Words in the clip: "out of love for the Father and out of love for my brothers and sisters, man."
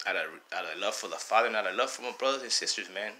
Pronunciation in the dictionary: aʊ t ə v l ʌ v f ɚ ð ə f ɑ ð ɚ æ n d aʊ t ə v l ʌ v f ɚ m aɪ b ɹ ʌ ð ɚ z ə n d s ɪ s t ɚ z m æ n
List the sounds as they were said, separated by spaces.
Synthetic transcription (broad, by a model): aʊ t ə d l ʌ v f ɚ ð ə f ɑ ð ɚ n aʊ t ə l ʌ v f ɚ m aɪ b ɹ ʌ ð ɚ z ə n s ɪ s t ɚ z m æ n